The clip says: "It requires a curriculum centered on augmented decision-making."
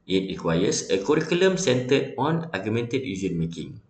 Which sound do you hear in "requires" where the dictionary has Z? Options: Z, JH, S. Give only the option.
S